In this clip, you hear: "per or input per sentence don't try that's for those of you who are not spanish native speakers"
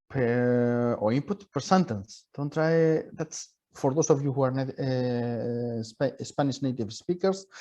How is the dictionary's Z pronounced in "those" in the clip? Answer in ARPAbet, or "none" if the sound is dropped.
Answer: S